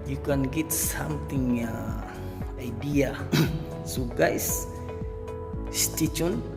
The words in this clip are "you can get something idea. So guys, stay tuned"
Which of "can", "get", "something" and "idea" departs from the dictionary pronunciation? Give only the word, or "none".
something